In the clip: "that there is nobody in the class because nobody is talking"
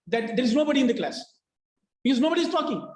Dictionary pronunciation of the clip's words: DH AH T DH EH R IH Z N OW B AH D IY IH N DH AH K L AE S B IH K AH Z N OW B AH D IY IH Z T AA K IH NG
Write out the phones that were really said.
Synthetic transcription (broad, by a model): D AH T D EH R IH Z N OW B AH D IY IH N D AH K L AE S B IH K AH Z N OW B AH D IY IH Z T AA K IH NG